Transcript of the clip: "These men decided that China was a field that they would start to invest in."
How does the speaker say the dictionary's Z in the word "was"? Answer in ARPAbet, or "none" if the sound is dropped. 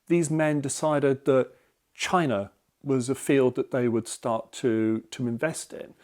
Z